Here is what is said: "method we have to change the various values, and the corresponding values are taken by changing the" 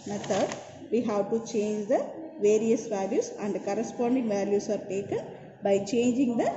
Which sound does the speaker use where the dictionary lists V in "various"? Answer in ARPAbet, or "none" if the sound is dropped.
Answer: V